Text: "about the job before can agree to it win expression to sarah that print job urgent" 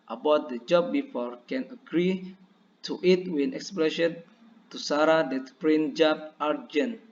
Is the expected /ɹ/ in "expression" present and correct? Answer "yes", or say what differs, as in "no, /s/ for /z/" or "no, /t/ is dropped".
no, /l/ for /ɹ/